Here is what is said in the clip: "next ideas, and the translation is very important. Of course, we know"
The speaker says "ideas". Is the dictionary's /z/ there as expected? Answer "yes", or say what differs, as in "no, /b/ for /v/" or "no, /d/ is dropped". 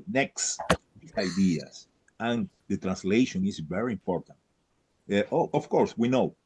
no, /s/ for /z/